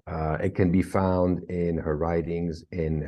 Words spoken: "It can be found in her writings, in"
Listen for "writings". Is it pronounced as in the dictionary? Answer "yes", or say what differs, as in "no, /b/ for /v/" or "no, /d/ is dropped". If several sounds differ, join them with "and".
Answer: yes